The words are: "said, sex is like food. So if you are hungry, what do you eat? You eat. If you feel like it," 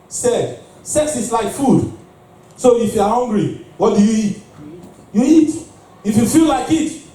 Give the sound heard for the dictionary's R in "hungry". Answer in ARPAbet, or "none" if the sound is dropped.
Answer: R